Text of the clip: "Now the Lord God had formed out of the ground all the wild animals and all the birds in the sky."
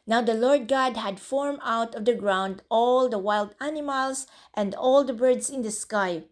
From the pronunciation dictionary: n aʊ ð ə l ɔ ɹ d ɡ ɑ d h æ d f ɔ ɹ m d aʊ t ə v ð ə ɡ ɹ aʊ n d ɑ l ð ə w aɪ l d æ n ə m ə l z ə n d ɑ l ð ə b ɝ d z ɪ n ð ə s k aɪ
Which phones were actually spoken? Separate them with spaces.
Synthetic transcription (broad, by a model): n aʊ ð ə l ɔ ɹ d ɡ ɑ d h æ d f ɔ ɹ m aʊ t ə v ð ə ɡ ɹ aʊ n d ɑ l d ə w aɪ l d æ n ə m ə l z ə n d ɑ l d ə b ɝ d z ɪ n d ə s k aɪ